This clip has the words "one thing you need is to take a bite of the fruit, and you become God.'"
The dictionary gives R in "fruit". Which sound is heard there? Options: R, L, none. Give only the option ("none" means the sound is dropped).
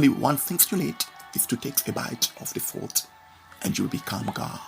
L